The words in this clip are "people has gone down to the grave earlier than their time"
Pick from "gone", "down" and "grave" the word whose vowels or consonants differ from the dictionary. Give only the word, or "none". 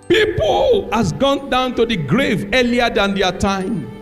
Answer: none